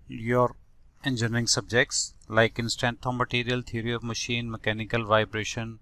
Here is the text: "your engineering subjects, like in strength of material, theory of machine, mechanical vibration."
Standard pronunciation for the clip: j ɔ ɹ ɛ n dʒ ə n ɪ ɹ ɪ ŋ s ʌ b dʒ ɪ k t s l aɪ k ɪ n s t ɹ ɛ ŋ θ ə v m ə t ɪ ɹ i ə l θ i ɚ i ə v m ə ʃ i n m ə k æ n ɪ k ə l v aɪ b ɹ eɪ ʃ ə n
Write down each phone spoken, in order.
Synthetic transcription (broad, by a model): j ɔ ɹ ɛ n dʒ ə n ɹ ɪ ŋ s ʌ b dʒ ɪ k t s l aɪ k ɪ n s t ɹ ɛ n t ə m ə t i ɹ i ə l t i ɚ i ə v m ə ʃ i n m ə k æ n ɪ k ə l v aɪ b ɹ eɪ ʃ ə n